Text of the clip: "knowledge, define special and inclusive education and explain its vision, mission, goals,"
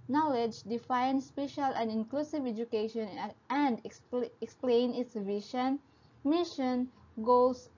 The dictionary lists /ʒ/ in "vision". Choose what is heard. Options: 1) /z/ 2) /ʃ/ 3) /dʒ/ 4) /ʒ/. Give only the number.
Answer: 2